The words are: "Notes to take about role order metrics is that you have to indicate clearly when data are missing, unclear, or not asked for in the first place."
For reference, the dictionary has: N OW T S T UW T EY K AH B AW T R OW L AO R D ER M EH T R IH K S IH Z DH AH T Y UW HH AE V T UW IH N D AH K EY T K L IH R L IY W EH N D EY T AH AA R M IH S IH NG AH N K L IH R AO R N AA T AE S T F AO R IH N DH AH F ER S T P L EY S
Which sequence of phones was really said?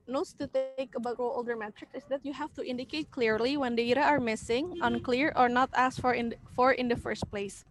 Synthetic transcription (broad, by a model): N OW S T UW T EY K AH B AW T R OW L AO L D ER M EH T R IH K S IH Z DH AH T Y UW HH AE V T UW IH N D AH K EY T K L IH R L IY W EH N D EY T AH AA R M IH S IH NG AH N K L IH R AO R N AA T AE S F F AO R IH N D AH F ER S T P L EY S